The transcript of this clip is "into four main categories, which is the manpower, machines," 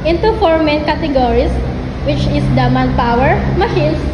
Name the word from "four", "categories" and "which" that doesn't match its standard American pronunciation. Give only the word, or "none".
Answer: categories